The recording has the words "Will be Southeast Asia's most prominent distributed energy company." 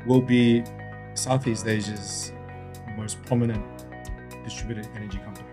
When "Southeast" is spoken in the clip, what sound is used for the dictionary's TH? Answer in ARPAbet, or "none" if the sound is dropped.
TH